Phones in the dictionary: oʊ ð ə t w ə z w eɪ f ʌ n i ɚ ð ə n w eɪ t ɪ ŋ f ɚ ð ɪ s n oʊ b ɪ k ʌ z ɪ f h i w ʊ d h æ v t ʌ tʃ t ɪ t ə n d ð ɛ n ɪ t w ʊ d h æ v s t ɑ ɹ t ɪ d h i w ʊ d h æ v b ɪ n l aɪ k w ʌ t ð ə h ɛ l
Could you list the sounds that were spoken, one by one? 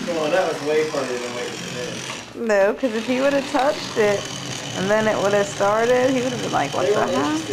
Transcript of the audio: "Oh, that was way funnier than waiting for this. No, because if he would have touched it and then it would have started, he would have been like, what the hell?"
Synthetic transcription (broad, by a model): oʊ ð ə t w ə z w eɪ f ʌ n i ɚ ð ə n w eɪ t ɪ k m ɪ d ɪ n oʊ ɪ k ʌ z ɪ f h i w ʊ d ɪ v t ʌ tʃ t ɪ t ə n ð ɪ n ɪ t w ʊ d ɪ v s t ɑ ɹ t ɪ d h i w ʊ d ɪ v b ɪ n l aɪ k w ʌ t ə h